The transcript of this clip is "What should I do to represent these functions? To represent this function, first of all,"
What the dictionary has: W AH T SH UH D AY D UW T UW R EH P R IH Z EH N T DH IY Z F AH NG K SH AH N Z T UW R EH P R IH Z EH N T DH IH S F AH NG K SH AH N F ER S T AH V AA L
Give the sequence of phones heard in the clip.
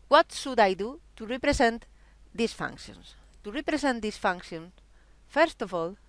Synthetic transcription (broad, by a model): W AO T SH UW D AY D UW T UW R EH P R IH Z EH N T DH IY S F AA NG K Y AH N S T UW R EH P R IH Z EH N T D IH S F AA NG K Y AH N F ER S T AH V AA L